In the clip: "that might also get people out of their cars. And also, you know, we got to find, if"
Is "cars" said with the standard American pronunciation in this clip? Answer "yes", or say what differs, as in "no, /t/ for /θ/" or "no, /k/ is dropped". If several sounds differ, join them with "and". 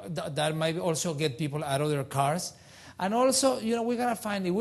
no, /s/ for /z/